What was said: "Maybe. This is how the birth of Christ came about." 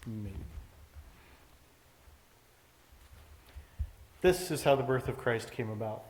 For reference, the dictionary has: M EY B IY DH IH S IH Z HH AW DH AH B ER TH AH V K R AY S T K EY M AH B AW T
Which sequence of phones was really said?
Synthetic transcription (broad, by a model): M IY DH IH S IH Z HH AW DH AH B ER TH AH V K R AY S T K EY M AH B AW T